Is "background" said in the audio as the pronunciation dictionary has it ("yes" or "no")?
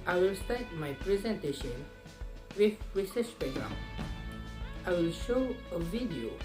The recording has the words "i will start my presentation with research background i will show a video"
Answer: no